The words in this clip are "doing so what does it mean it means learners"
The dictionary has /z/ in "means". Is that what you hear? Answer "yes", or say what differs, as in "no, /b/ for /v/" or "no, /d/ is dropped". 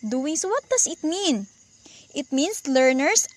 no, /s/ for /z/